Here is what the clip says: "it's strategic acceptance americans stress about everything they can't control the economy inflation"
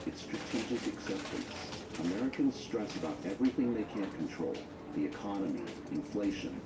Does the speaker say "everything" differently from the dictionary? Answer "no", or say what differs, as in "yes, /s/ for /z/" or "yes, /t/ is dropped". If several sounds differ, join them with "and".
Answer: no